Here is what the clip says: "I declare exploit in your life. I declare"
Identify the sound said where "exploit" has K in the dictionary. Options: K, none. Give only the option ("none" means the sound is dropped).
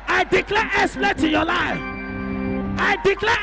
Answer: none